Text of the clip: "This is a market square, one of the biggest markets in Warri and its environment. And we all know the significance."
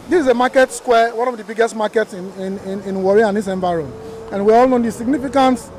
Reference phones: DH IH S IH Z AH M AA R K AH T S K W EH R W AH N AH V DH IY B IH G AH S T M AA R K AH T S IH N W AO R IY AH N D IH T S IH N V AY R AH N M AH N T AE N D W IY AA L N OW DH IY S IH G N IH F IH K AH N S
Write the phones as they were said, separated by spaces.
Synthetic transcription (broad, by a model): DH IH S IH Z AH M AA K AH T S K W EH W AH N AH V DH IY B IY G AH S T M AA K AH T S IH N W AO R IY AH N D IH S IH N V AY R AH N AH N N W IY AA L N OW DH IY S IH G N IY F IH K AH N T